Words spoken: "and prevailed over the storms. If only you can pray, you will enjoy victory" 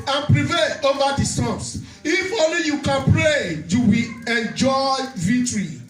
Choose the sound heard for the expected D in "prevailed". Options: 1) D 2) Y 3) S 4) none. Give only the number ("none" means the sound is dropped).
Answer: 4